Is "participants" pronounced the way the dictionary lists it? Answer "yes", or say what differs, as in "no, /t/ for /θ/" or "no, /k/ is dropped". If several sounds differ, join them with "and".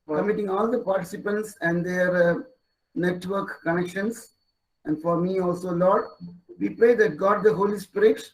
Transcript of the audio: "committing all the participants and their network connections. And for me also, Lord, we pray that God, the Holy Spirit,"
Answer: yes